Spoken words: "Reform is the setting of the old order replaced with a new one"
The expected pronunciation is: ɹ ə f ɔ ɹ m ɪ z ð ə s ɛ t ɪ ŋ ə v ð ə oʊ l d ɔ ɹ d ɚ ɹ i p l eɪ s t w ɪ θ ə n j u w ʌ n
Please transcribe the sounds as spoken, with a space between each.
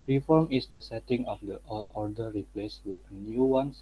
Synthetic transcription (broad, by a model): ɹ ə f ɔ ɹ m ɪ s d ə s ɛ t ɪ ŋ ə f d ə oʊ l ɔ ɹ d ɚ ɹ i p l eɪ s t w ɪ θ ə n j u w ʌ n